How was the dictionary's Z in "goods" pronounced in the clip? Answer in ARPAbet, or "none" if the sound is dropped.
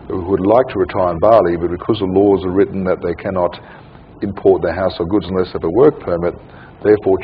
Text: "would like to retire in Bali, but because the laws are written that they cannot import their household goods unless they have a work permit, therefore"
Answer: Z